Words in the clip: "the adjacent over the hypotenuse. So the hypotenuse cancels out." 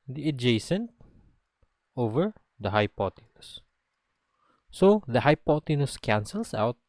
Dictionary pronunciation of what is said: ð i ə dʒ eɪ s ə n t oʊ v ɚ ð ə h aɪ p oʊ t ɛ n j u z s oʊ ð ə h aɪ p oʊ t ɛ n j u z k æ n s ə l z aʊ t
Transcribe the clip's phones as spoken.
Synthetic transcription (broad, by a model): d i ə dʒ eɪ s ə n t oʊ v ɚ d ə h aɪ p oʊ t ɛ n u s s oʊ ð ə h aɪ p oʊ t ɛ n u s k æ n s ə l s aʊ t